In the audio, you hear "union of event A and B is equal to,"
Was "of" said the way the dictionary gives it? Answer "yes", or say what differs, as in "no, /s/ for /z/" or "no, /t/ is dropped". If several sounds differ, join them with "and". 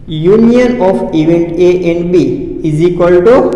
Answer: no, /p/ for /v/